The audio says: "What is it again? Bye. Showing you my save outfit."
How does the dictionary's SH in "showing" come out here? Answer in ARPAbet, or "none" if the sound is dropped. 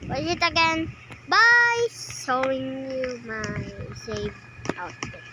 S